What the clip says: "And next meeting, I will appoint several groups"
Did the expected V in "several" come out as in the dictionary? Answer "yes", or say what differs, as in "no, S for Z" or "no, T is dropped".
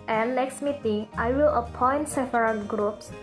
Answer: no, F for V